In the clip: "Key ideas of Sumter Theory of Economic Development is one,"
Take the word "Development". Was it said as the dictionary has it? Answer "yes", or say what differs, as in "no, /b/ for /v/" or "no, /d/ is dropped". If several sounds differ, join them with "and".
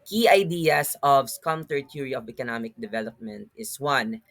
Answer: yes